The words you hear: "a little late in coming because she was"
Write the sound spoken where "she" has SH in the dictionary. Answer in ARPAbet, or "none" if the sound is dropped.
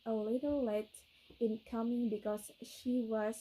SH